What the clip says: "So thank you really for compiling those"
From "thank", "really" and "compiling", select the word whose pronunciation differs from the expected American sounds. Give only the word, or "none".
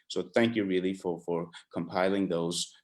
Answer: none